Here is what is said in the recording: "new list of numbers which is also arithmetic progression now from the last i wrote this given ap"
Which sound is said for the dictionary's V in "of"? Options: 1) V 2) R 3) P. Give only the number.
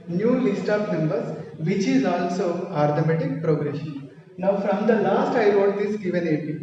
3